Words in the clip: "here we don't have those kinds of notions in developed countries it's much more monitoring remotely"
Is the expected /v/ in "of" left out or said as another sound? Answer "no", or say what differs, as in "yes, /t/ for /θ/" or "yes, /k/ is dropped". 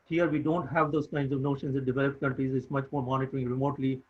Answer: no